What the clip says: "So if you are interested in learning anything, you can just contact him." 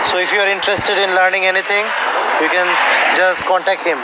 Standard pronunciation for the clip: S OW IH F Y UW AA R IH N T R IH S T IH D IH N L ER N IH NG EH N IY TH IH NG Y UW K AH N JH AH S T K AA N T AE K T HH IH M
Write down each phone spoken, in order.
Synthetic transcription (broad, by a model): S OW IH F Y UW AA R IH N T R IH S T IH D IH N L ER N IH NG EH N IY T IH NG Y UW K AH N JH AH S T K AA N T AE K T HH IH M